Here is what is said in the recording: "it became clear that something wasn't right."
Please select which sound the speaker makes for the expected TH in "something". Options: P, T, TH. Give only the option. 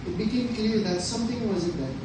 T